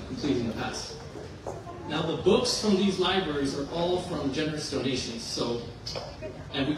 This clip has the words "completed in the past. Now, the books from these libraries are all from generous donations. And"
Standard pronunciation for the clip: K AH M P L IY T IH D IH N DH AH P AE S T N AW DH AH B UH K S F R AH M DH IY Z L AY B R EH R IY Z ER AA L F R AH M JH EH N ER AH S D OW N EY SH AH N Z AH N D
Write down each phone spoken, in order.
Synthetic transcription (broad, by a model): K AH M P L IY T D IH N DH AH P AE S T N AW DH AH B UH K S F R AH M DH IY Z L AY B R EH R IY Z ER AA L F R AH M JH EH N ER AH S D OW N EY SH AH N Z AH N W